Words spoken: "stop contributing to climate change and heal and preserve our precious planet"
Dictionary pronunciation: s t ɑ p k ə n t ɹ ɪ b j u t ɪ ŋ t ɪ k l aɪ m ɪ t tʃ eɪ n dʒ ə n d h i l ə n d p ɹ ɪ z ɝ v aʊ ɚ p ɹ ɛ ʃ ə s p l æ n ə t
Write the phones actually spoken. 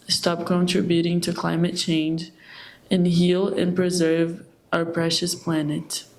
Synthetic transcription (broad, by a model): s t ɑ p k ə n t ɹ ɪ b j u t ɪ ŋ t ɪ k l aɪ m ɪ t tʃ eɪ n dʒ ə n h i l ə n p ɹ ɪ z ɝ v aʊ ɚ p ɹ ɛ ʃ ə s p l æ n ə t